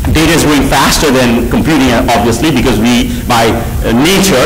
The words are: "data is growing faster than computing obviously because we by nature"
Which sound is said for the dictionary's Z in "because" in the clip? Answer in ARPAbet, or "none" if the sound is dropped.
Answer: Z